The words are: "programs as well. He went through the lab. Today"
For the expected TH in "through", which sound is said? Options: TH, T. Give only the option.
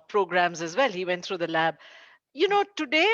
T